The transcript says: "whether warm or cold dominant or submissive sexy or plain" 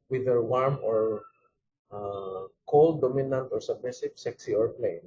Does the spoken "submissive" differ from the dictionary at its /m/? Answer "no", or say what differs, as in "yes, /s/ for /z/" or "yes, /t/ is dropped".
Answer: yes, /m/ is dropped